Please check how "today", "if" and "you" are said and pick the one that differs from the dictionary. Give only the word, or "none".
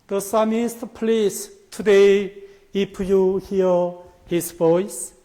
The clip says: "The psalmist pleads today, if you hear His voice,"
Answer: if